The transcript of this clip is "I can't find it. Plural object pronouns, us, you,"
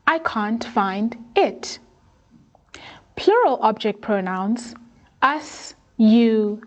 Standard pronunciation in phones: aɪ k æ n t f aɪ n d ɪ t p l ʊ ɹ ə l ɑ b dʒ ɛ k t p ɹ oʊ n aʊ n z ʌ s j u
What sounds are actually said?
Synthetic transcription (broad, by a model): aɪ k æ n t f aɪ n d ɪ t p l ʊ ɹ ə l ɑ b dʒ ɛ k t p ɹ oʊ n aʊ n s ʌ s j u